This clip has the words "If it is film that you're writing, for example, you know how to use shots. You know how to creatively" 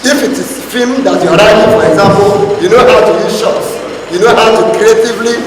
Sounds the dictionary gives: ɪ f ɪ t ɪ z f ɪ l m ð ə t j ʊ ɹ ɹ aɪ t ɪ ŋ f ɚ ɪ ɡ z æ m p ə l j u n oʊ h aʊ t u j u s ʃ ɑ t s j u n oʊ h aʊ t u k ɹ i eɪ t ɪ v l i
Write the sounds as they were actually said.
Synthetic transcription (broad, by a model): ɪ f ɪ t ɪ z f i m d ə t j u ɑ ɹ aɪ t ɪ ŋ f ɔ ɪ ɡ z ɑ m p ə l j u n oʊ h aʊ t u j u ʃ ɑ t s j u n oʊ h aʊ t u k ɹ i eɪ t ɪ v l i